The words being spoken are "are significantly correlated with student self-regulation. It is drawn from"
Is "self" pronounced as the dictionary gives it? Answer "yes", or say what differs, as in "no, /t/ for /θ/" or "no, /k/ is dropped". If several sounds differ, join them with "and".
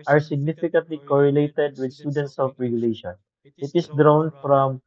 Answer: no, /l/ is dropped